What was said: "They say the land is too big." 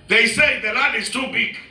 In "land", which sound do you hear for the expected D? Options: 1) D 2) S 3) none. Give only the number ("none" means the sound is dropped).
3